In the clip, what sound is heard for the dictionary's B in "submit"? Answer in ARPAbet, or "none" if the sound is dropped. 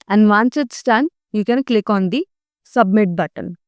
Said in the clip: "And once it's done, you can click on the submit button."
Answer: B